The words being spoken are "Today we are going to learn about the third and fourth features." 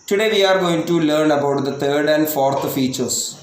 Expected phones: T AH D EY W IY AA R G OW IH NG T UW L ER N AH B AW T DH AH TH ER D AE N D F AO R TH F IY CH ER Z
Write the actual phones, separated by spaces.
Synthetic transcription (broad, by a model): T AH D EY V IY AA R G OW IH NG T UW L ER N AH B AW T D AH T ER D AE N D F AO R T F IY CH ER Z